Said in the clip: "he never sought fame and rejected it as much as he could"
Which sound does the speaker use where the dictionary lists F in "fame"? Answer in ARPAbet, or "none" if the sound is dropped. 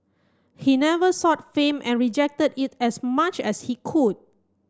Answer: F